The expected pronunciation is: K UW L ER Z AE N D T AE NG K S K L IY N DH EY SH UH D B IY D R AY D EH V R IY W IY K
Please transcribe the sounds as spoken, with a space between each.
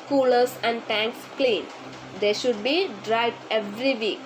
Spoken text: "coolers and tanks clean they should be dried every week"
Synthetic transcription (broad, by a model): K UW L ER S AE N D T AE NG K S K L IY N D EY SH UH D B IY D R AY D EH V R IY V IY K